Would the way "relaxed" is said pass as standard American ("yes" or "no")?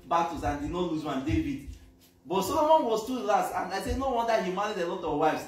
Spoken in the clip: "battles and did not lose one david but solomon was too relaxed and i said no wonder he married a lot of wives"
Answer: no